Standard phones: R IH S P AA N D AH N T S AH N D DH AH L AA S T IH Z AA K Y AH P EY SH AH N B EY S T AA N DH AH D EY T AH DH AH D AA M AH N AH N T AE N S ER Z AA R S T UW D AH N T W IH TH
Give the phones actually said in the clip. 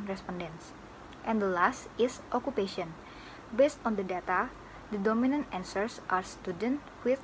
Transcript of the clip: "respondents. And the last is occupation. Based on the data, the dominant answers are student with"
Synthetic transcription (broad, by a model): R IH S P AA N D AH N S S AH N D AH L AA S T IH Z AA K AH P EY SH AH N B EY S T AA N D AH D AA T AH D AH D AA M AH N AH N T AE N S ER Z AA R S T UW D AH N T W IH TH